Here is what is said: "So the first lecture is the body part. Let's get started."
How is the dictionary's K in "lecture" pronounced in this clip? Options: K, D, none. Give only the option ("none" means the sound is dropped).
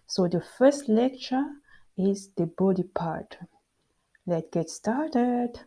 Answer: K